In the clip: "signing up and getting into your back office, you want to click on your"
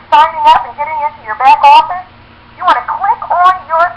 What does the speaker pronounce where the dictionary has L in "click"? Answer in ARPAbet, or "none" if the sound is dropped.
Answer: W